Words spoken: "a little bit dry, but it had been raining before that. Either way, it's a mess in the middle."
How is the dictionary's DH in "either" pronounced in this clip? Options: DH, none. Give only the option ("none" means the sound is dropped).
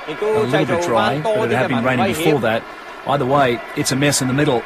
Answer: DH